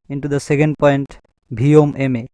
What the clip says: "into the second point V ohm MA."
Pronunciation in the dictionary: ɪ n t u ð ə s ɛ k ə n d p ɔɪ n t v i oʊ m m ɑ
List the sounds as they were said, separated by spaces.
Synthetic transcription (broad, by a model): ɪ n t u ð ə s ɛ k ə n d p ɔɪ n t b i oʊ m m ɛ